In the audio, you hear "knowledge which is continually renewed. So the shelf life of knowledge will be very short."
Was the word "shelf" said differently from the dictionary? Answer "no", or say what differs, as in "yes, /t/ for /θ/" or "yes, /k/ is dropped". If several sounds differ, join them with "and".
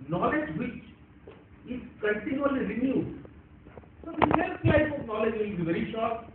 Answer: yes, /s/ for /ʃ/